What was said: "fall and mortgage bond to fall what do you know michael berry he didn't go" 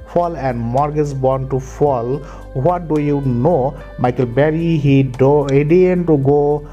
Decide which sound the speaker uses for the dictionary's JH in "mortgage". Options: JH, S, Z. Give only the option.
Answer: Z